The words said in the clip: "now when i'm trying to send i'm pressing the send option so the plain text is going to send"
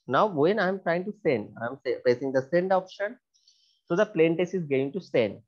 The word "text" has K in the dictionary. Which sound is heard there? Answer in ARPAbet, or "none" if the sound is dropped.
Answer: none